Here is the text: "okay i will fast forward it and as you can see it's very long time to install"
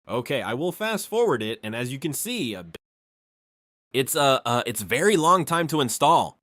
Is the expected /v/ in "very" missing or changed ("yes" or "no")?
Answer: no